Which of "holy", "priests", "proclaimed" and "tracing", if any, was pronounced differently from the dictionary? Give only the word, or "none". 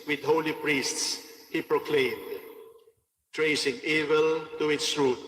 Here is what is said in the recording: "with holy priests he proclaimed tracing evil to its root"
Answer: none